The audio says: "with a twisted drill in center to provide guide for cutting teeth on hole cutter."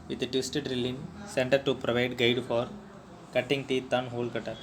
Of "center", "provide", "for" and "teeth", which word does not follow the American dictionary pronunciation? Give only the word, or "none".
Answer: teeth